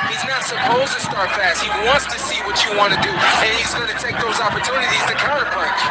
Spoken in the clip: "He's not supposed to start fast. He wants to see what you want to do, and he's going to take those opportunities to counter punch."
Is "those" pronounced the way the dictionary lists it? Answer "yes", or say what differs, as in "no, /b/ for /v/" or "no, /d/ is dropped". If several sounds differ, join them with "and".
yes